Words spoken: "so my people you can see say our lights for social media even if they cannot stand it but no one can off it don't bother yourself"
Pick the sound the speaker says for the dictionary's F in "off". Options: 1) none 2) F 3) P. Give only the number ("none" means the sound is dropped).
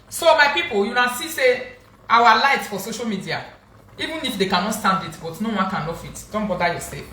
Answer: 2